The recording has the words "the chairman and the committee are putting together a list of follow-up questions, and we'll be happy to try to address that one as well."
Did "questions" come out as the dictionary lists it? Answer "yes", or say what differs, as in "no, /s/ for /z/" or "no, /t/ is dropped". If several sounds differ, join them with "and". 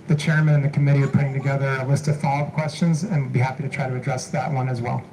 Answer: yes